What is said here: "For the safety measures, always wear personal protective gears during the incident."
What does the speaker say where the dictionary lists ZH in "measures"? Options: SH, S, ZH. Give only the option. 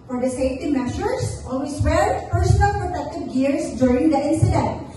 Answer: SH